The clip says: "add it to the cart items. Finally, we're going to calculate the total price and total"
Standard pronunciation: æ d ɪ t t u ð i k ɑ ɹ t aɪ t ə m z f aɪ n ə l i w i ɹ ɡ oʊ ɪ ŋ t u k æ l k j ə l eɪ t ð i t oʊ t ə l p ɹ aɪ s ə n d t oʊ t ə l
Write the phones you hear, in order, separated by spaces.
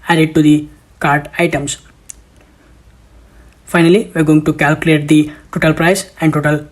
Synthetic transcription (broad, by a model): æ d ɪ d t u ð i k ɑ ɹ t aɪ t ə m s f aɪ n ə l i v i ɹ ɡ oʊ ɪ ŋ t u k æ l k j ə l eɪ t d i t oʊ t ə l p ɹ aɪ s ə n d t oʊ t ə l